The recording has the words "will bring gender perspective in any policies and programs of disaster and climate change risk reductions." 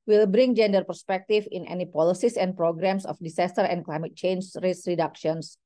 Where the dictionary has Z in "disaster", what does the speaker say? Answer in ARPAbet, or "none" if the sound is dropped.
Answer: S